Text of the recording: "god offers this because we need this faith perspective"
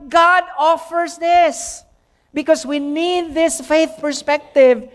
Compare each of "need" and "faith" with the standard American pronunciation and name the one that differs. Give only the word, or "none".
none